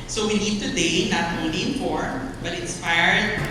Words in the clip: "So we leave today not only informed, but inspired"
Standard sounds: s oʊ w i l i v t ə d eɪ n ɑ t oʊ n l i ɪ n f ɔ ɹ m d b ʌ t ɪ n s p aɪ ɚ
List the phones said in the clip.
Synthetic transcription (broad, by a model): s oʊ w i n i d t ə d eɪ n ɑ t oʊ n l i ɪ n f ɔ ɹ m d b ʌ t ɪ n s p aɪ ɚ